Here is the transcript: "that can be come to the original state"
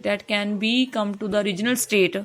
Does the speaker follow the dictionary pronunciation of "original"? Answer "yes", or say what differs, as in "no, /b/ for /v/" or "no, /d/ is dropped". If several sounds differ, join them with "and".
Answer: yes